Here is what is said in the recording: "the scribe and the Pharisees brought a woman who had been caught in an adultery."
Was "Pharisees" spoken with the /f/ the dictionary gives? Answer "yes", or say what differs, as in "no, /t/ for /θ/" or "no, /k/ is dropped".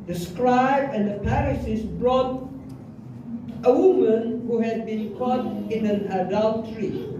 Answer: no, /p/ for /f/